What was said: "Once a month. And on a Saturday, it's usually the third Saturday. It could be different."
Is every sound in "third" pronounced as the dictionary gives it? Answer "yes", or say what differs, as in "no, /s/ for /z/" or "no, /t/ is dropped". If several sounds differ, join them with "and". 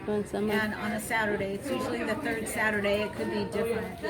yes